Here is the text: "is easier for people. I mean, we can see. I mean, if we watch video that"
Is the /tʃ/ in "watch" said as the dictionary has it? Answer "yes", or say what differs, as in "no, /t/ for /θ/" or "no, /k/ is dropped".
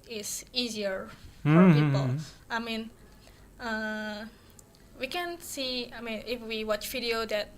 yes